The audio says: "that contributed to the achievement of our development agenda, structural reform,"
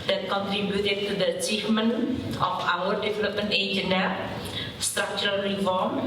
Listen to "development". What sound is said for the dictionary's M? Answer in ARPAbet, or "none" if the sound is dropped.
none